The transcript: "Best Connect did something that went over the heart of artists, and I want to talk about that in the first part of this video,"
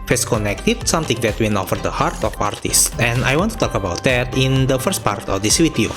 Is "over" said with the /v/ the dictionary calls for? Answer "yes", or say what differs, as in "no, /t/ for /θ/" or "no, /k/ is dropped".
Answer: no, /f/ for /v/